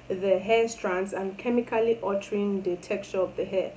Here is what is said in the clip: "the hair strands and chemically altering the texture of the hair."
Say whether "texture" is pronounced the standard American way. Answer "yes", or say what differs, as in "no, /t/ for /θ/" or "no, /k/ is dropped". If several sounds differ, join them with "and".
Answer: no, /s/ is dropped